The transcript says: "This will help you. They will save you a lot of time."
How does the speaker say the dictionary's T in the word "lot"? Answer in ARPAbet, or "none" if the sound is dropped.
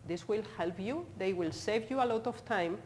T